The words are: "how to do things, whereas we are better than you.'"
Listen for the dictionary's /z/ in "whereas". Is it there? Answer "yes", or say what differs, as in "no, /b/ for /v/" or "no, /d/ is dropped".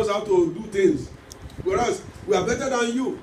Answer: no, /s/ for /z/